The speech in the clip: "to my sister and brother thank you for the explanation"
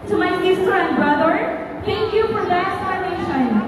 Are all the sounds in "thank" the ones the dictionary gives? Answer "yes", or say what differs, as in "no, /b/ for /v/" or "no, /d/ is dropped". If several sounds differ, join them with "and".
no, /t/ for /θ/